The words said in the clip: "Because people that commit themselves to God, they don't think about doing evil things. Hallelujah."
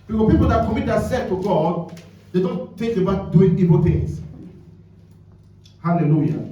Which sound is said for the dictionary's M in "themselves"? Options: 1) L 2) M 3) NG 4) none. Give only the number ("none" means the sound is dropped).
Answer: 4